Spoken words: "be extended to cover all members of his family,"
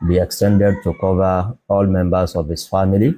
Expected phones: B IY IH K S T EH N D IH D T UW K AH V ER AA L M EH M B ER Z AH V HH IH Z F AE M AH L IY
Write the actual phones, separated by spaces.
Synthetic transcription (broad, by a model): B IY IH K S T EH N D IH D T UW K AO V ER AA L M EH M B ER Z AH V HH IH S F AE M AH L IY